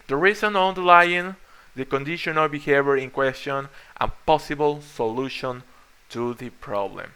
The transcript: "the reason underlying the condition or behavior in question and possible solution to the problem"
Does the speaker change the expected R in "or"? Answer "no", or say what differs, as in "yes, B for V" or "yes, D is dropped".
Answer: yes, L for R